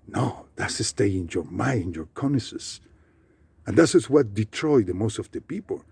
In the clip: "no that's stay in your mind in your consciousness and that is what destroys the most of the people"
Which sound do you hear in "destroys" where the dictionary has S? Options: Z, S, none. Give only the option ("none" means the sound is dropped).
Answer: none